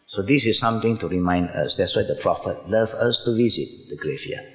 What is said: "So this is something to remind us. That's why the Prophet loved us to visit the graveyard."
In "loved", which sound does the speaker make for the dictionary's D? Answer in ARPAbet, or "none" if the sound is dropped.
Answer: none